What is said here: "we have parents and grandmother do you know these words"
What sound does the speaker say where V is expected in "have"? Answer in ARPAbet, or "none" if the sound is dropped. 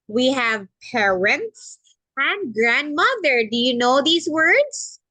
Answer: V